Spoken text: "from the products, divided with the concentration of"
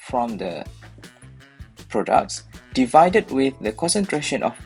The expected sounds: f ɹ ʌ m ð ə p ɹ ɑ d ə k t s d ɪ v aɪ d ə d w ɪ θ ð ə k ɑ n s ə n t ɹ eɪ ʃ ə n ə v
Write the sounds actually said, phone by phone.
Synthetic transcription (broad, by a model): f ɹ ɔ m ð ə p ɹ ɑ d ə k t s d ɪ v aɪ d ə d w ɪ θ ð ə k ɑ n s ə n t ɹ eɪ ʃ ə n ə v